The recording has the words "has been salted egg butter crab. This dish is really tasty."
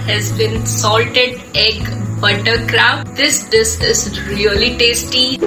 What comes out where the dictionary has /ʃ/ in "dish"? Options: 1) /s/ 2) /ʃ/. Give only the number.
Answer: 1